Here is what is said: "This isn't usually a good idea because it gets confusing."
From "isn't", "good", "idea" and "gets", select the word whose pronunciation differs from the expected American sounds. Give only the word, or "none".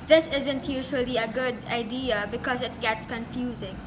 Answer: none